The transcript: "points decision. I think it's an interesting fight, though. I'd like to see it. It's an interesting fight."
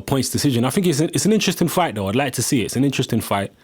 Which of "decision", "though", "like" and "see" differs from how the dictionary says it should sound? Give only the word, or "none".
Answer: none